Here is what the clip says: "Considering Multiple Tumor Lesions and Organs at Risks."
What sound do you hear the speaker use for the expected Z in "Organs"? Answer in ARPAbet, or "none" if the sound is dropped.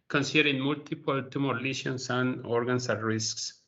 S